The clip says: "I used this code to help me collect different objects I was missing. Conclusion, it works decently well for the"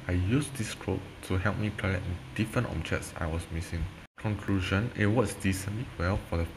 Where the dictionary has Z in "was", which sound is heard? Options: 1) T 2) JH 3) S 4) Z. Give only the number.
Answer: 3